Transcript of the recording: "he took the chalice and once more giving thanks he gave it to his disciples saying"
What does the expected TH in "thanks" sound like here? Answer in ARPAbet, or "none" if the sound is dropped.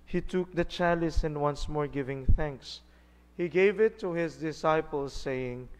TH